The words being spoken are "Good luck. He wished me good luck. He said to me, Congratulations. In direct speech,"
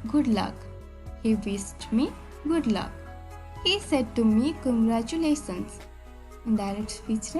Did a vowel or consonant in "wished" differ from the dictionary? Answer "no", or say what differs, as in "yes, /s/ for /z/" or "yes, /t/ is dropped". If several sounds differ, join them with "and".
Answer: yes, /s/ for /ʃ/